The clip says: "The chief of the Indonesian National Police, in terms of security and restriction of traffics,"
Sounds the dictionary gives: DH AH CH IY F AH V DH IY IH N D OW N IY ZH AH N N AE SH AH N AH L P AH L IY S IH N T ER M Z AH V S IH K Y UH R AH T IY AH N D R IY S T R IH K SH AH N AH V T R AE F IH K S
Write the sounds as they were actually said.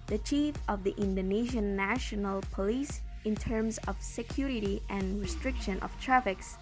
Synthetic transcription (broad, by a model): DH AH CH IY F AH V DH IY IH N D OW N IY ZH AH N N AE SH AH N AH L P AH L IY S IH N T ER M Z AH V S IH K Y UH R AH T IY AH N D R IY S T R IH K SH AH N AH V T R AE F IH K S